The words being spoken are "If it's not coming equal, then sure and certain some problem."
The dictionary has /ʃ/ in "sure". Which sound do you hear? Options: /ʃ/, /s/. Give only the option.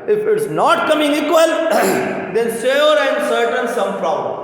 /s/